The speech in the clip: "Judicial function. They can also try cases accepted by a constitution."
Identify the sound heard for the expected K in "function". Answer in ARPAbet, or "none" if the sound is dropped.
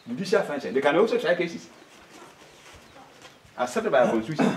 none